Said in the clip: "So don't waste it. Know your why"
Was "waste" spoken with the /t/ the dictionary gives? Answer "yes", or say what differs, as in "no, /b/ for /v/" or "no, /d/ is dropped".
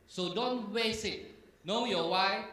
no, /t/ is dropped